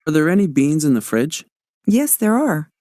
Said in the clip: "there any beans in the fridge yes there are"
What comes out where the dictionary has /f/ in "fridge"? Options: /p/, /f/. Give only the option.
/f/